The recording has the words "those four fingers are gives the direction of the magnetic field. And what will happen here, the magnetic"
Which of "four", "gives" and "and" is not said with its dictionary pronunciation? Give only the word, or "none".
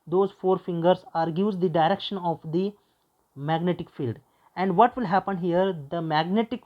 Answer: gives